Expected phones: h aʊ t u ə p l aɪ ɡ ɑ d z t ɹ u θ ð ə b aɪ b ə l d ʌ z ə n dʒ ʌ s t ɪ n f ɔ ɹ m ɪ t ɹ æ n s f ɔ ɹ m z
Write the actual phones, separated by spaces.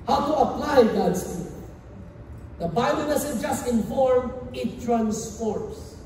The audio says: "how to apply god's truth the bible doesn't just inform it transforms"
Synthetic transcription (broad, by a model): h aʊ t u ə p l aɪ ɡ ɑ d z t u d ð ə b aɪ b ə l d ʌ s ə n dʒ ʌ s t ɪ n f ɔ ɹ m ɪ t ɹ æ n s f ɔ ɹ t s